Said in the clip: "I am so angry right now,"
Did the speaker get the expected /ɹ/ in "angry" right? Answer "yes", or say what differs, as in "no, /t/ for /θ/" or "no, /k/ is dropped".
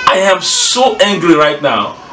yes